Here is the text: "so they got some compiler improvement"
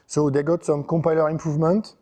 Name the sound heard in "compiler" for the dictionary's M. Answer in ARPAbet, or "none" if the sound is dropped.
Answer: M